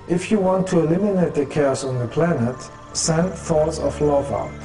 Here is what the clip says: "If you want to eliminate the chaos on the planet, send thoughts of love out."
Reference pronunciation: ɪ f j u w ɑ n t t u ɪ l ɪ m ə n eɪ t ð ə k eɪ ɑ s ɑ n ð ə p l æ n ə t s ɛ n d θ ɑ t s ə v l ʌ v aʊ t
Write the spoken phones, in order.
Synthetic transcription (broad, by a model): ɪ f j u w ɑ n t t u ɪ l ɪ m ə n eɪ t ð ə k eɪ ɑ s ɑ n ð ə p l æ n ə t s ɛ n θ ɑ t s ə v l ʌ v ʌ